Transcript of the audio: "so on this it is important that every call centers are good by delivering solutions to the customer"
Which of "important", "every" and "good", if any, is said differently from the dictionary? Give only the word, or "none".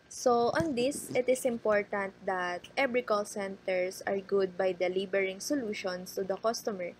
every